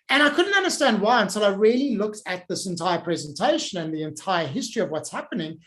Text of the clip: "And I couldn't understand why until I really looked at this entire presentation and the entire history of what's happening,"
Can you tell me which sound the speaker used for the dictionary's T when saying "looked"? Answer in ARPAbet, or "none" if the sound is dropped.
T